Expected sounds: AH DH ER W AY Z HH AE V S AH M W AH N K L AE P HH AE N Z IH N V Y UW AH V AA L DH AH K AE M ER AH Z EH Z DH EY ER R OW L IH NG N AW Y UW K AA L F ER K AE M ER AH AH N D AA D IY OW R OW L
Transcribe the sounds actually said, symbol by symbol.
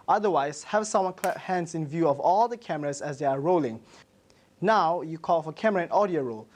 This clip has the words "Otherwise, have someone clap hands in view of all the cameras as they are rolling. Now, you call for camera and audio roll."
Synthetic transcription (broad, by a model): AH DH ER W AY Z HH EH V S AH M W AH N K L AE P HH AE N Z IH N V Y UW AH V AA L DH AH K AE M ER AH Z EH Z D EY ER R OW L IH NG N AW Y UW K AA L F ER K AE M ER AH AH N AA D IY OW R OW L